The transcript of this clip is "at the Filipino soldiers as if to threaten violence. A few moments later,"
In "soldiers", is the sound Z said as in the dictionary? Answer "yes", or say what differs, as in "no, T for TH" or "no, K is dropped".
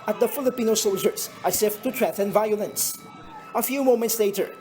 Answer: no, S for Z